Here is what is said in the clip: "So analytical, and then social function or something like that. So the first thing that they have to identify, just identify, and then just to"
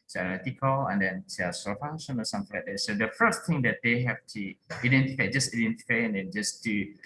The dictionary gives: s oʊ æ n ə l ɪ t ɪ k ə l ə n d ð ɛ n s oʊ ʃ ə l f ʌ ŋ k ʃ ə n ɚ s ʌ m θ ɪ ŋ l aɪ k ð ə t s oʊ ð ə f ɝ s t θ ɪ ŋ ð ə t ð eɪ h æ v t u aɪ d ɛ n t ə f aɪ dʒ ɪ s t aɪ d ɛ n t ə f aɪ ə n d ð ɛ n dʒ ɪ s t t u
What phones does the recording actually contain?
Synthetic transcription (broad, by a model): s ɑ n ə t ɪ k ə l ə n d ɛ n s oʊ s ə f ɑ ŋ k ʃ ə n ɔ s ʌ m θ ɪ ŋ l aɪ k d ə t s oʊ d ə f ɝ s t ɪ ŋ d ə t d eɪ h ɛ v t u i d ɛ n t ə f aɪ dʒ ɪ s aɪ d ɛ n t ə f aɪ ə n d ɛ n dʒ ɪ s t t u